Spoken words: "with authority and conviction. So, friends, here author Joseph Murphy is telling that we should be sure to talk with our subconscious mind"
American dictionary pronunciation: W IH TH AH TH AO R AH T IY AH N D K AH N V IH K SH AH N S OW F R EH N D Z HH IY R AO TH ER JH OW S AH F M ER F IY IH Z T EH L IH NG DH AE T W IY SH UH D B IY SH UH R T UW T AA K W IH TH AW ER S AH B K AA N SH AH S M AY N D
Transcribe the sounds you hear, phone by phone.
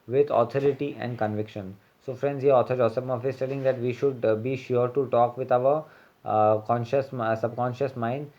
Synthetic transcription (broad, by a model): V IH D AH T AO R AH T IY AH N D K AH N V IH K SH AH N S OW F R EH N D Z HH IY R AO T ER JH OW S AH P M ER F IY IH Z T EH L IH NG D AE T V IY SH UH D B IY SH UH R T UW T AA K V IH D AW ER S AH B K AA N SH AH S M AY N D